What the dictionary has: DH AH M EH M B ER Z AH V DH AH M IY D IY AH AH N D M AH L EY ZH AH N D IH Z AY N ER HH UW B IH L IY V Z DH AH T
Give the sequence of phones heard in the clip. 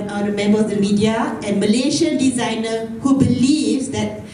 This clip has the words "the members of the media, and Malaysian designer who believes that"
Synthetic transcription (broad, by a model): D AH M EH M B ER AH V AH M IY D IY AH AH N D M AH L EY SH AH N D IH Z AY N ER HH UW B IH L IY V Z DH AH T